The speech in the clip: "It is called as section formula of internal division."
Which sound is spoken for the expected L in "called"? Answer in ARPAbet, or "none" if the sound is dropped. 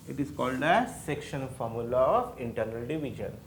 L